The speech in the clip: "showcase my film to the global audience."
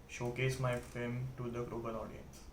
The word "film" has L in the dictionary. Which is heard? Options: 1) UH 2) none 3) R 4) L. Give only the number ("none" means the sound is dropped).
2